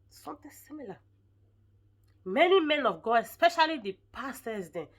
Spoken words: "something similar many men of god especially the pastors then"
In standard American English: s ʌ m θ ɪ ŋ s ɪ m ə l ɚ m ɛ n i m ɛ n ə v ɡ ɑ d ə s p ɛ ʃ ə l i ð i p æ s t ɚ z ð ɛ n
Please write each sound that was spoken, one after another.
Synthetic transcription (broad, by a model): s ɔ m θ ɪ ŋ s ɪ m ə l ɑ m ɛ n i m ɛ n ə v ɡ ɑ ə s p ɛ ʃ ə l i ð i p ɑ s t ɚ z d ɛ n